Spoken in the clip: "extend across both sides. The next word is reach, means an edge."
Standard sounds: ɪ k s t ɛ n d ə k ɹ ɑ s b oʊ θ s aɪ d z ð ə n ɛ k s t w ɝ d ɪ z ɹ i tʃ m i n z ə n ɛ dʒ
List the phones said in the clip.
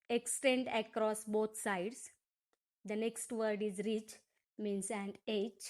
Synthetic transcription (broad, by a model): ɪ k s t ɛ n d ə k ɹ ɑ s b oʊ t s aɪ d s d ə n ɛ k s t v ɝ d ɪ z ɹ i tʃ m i n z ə n ɛ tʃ